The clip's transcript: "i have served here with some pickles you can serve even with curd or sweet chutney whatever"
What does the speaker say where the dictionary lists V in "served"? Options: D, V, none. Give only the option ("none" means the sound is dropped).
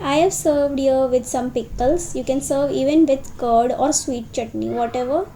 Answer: V